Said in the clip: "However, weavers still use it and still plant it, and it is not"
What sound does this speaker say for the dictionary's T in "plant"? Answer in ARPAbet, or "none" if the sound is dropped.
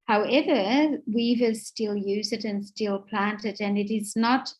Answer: T